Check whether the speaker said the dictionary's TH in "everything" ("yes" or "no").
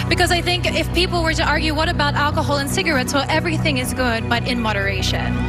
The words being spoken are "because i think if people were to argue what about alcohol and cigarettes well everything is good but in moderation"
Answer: yes